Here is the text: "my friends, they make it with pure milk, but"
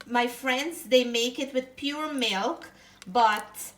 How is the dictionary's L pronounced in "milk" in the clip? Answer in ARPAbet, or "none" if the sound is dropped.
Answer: L